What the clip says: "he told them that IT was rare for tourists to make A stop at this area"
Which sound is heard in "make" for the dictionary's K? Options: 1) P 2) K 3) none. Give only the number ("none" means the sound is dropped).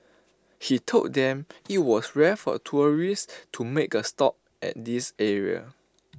2